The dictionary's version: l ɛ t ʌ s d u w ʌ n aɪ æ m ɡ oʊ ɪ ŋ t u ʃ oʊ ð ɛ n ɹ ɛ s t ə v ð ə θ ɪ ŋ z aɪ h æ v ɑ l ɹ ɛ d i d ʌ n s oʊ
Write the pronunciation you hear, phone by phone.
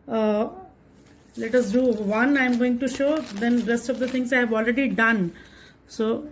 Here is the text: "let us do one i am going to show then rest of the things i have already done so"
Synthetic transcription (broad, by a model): l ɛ t ʌ s d u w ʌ n aɪ m ɡ oʊ ɪ ŋ t u ʃ oʊ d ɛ n ɹ ɛ s t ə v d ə t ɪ ŋ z aɪ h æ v ɑ l ɹ ɛ d i d ʌ n s oʊ